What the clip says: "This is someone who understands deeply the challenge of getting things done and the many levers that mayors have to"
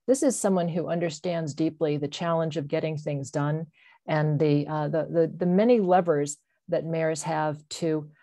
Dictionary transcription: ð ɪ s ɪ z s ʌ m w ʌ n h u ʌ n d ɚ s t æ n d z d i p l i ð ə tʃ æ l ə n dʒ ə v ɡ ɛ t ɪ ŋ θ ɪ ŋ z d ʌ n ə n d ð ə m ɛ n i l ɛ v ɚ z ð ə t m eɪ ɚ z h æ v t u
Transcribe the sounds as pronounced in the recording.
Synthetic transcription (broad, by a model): ð ɪ s ɪ z s ʌ m w ʌ n h u ʌ n d ɚ s t æ n d z d i p l i ð ə tʃ æ l ə n dʒ ə v ɡ ɛ t ɪ ŋ θ ɪ ŋ z d ʌ n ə n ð ð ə m ɛ n i l ɛ v ɚ z ð ə t m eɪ ɚ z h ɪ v t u